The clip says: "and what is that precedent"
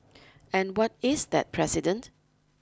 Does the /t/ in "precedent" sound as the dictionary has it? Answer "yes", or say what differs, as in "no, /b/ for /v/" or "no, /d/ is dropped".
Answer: yes